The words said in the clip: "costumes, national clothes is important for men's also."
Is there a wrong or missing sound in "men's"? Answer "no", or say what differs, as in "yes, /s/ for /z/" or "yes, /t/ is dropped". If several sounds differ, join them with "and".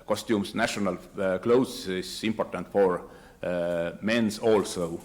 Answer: yes, /s/ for /z/